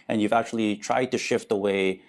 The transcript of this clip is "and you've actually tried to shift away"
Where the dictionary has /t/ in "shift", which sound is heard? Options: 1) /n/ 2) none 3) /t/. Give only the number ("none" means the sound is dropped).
3